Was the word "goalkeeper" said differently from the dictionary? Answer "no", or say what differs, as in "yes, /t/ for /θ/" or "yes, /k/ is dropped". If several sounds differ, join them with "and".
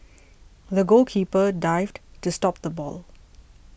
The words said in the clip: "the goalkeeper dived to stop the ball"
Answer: yes, /l/ is dropped